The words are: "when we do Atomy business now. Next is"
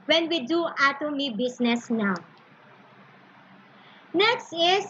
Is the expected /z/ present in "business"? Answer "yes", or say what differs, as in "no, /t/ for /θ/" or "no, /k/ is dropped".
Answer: no, /s/ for /z/